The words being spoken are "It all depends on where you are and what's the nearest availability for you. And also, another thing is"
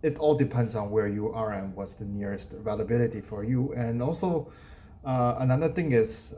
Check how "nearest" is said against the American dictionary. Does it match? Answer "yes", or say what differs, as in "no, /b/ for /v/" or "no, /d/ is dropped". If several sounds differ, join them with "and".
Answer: yes